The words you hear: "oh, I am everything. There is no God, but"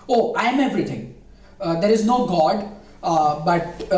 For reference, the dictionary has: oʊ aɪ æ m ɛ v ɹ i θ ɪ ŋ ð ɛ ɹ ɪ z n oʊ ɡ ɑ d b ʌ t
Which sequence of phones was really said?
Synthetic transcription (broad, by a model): oʊ aɪ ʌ m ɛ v ɹ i t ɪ ŋ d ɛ ɹ ɪ z n oʊ ɡ ɑ d b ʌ t